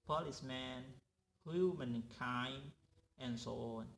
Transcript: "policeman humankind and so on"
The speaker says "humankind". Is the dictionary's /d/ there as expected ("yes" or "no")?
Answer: no